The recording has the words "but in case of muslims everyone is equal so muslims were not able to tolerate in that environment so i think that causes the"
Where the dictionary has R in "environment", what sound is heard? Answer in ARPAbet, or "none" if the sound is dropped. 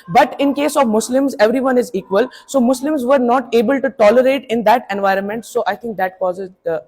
R